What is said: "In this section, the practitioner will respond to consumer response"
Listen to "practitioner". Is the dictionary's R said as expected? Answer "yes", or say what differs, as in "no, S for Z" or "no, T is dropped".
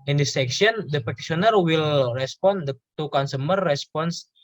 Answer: no, R is dropped